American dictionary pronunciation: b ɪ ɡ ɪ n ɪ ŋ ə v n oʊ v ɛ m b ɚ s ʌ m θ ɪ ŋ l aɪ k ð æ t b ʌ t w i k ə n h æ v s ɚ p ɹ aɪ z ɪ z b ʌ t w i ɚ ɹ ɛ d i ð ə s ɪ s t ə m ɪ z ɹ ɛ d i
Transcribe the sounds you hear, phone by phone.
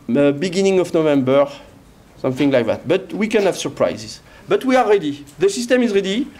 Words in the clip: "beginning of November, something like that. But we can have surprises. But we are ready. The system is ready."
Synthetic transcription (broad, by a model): b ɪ ɡ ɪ n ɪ ŋ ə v n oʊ v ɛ m b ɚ s ʌ m θ ɪ ŋ l aɪ k ð æ t b ʌ t w i k ə n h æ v s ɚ p ɹ aɪ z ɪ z b ʌ t w i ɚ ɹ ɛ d i ð ə s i s t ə m ɪ z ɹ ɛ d i